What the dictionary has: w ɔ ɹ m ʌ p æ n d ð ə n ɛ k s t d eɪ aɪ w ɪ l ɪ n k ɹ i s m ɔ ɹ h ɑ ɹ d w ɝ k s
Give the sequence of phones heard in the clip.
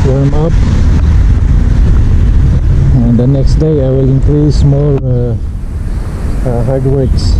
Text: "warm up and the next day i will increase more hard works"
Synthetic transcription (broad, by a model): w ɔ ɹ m ʌ p æ n d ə n ɛ k s t d eɪ aɪ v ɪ l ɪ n k ɹ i s m ɔ l h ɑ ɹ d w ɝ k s